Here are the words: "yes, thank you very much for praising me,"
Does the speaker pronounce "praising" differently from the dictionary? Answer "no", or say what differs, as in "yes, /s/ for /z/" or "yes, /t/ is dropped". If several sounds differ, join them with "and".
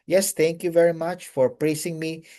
yes, /s/ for /z/